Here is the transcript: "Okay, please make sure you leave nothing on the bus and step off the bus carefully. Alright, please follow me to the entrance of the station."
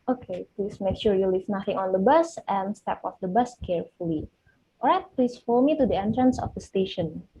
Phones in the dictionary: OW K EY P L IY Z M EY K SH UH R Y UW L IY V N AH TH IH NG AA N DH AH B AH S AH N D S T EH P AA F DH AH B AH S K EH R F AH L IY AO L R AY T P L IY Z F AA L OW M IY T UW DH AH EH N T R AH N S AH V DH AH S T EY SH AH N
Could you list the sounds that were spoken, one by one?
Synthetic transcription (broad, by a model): OW K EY P L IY S M EY K SH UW R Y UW L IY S N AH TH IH NG AA N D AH B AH S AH N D S T EH P AA F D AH B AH S K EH R F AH L IY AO R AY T P L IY S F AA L M IY T UW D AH EH N T R AH N S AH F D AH S T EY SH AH N